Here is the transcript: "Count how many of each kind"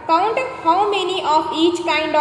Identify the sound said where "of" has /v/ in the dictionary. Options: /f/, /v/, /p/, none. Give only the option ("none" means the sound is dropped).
/p/